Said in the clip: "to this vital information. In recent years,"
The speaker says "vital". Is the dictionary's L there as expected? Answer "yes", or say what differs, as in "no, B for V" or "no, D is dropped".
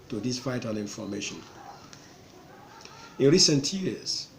no, N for L